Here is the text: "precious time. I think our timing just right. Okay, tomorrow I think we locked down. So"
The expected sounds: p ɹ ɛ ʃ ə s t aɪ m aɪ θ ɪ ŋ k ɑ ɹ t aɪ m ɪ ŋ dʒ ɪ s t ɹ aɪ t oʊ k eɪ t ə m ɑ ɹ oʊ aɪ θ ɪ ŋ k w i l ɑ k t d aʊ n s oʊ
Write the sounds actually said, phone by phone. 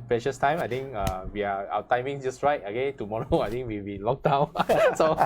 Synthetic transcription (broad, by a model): p ɹ ɛ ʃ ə s t aɪ m aɪ t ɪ ŋ k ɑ w t aɪ m ɪ ŋ dʒ ɪ s t ɹ aɪ t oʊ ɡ eɪ t ə m ɑ ɹ oʊ aɪ t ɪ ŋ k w i l ɑ k d aʊ n s oʊ